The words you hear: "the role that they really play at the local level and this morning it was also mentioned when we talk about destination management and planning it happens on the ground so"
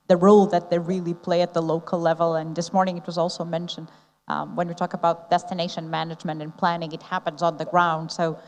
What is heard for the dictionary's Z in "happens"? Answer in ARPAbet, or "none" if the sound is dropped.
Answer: Z